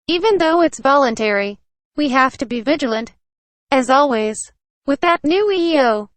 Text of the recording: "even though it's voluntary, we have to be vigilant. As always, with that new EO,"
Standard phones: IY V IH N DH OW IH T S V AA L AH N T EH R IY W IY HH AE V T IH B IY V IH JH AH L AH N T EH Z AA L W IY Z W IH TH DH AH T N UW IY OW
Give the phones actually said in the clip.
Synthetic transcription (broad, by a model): IY V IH N DH OW IH T S V AA L AH N T EH R IY W IY HH AE F T IH B IY V IH JH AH L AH N T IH Z AA L W IY Z W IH DH AH T N UW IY OW